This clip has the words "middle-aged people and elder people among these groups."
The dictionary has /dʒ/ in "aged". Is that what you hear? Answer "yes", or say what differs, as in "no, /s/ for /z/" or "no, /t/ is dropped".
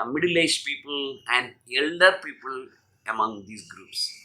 no, /dʒ/ is dropped